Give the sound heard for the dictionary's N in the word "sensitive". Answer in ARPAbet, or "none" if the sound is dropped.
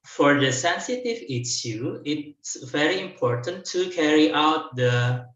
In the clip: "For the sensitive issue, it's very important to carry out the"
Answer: N